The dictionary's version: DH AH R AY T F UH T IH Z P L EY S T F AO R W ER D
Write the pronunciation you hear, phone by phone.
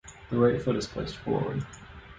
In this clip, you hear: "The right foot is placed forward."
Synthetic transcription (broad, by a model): DH AH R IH T F UH T IH Z P L EY S T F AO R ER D